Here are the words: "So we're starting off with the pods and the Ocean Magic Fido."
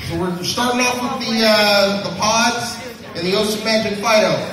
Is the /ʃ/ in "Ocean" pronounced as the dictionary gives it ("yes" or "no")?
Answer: no